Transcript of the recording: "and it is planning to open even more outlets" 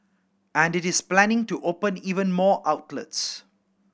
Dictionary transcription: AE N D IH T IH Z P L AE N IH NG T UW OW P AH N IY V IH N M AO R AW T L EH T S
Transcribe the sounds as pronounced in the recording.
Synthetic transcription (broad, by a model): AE N D IH T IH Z P L AE N IH NG T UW OW P AH N IY V IH N M AO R AW T L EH T S